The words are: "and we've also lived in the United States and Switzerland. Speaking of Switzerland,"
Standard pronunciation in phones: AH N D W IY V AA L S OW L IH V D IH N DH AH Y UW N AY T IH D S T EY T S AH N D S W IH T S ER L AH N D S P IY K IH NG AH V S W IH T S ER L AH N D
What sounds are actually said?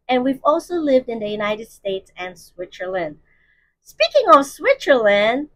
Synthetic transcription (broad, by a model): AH N W IY V AA L S OW L IH V D IH N DH AH Y UW N AY T IH D S T EY T S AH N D S W IH T S ER L AH N D S P IY K IH NG AH V S W IH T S ER L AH N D